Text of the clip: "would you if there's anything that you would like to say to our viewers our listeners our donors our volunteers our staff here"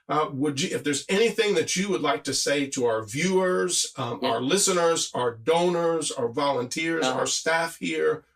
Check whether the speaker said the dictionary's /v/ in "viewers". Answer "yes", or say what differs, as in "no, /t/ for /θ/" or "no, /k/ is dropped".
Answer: yes